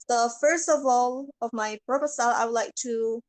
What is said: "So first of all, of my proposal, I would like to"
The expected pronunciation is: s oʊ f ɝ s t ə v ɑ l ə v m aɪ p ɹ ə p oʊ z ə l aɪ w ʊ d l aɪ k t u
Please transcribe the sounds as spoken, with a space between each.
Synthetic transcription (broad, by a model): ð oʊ f ɝ s t ə v ɑ l ə v m aɪ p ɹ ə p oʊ s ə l aɪ w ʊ d l aɪ k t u